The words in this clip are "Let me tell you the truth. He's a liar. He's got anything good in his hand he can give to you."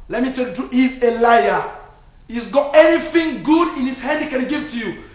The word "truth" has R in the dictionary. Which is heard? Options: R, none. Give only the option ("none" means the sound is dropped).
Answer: none